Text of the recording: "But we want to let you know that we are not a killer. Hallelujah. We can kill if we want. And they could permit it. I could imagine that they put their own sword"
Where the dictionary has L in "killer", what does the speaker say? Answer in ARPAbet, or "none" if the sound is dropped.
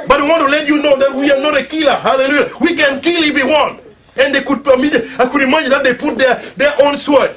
L